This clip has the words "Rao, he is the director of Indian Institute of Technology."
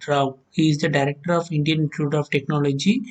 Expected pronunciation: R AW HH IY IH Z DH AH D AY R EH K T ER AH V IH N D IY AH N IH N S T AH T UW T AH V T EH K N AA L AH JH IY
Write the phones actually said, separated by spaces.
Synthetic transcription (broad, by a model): R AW HH IY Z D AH D AY R EH K T ER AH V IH N D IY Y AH N T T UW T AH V T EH K N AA L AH JH IY